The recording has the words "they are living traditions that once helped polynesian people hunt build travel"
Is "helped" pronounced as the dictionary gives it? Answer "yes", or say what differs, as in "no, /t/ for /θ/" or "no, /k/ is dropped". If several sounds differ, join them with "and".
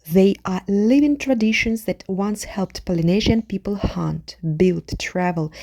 yes